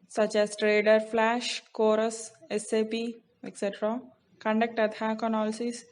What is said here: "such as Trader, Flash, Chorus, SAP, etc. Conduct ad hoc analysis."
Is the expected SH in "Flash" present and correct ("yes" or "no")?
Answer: yes